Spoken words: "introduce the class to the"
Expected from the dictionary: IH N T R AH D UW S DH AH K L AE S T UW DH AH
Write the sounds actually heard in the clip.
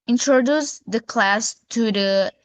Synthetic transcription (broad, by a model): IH N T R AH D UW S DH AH K L AE S T UW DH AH